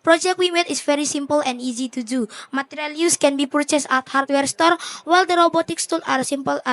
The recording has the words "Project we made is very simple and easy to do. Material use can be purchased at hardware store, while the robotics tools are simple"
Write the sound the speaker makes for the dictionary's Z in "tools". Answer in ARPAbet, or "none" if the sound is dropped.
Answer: none